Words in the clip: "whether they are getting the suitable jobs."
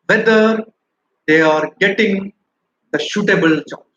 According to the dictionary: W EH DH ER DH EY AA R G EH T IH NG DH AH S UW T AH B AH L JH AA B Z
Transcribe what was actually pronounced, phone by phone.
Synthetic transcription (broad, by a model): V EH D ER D EY AA R G EH T IH NG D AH SH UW T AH B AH L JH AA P